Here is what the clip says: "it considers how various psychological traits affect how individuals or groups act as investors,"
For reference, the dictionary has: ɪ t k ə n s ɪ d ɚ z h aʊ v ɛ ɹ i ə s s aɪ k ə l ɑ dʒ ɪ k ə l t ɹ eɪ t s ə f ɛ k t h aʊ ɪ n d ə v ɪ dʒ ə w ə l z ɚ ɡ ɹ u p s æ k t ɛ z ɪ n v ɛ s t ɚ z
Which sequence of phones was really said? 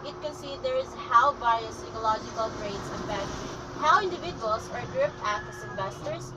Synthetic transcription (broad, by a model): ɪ t k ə n s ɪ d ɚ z h aʊ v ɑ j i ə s s aɪ k ə l ɑ dʒ ɪ k ə l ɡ ɹ eɪ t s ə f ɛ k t h aʊ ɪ n d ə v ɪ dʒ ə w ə l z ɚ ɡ ɹ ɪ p æ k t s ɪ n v ɛ s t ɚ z